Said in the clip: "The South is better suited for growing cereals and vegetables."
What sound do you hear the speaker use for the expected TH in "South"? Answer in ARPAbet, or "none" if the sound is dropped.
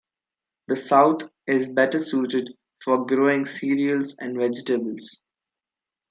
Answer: T